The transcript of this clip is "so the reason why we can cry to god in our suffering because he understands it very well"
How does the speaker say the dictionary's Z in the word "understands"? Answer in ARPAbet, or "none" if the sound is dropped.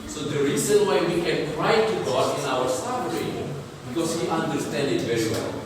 none